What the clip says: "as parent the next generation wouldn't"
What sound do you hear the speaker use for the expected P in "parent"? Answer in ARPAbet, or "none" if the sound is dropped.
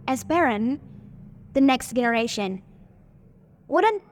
B